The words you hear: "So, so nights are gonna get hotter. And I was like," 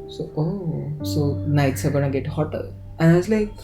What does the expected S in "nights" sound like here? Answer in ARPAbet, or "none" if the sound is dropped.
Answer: S